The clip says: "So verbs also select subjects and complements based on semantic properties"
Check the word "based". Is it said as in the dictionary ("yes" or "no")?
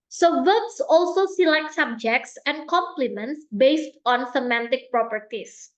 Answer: yes